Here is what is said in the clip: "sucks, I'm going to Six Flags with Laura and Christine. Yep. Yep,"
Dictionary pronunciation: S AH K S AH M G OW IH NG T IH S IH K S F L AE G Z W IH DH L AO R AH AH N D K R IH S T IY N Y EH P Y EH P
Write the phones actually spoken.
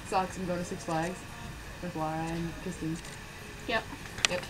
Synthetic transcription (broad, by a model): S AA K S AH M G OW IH T IH S IH K S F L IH G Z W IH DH W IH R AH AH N K IH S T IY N Y EH P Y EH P